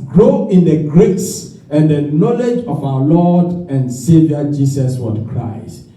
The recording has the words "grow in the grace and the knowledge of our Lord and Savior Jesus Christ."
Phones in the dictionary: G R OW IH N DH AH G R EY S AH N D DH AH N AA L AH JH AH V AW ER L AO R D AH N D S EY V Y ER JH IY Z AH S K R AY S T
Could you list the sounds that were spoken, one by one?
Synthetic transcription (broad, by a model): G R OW IH N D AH G R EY S AH N D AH N AA L AH JH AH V AW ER L AO D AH N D S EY V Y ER JH IY S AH S K R AY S T